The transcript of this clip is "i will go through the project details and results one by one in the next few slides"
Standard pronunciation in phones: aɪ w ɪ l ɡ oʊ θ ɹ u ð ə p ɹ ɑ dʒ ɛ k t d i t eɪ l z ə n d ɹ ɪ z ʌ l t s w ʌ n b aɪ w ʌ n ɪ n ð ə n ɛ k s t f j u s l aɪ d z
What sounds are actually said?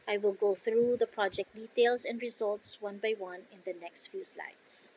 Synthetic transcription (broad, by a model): aɪ w ɪ l ɡ oʊ θ ɹ u ð ə p ɹ ɑ dʒ ɛ k t d i t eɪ l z ə n d ɹ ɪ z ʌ l t s w ʌ n b aɪ w ʌ n ɪ n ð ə n ɛ k s t f j u s l aɪ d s